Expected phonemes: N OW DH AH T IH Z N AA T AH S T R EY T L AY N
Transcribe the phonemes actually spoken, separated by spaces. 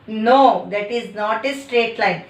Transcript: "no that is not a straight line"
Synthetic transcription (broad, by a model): N OW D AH T IH Z N AA T AH S T R EY T L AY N